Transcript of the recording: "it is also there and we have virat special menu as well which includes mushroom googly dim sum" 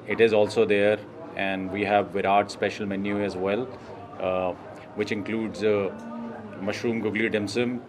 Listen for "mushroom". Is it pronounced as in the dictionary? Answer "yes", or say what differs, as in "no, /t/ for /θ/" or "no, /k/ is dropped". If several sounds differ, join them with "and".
yes